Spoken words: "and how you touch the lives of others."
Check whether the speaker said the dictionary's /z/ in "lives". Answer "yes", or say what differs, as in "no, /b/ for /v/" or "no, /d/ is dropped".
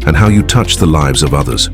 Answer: yes